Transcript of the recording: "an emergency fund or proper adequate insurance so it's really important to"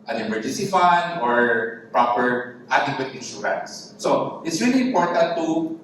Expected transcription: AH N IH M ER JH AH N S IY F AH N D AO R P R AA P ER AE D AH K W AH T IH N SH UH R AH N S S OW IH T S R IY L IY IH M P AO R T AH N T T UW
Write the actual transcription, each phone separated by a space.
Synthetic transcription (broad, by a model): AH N IH M ER JH AH N S IY F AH N D AO R P R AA P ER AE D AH K W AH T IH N S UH AH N S S OW IH T S R IY L IY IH M P AO R T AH N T T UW